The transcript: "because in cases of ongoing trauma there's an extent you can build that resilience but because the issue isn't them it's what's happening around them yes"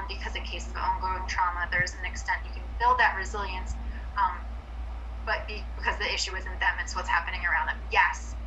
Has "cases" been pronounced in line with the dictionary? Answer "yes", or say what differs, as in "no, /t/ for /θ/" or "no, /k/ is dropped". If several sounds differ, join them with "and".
no, /s/ is dropped and /s/ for /z/